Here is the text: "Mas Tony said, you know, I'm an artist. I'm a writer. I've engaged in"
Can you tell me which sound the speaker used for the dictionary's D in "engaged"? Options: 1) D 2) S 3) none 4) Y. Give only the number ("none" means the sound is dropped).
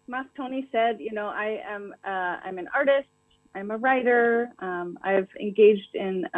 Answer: 1